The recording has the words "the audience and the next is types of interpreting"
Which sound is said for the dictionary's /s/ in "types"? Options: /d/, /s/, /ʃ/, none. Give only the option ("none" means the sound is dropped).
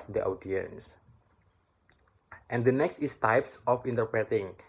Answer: /s/